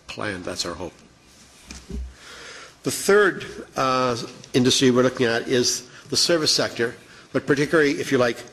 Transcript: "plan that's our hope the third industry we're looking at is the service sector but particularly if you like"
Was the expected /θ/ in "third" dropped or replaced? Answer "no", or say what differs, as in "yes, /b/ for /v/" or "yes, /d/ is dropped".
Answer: no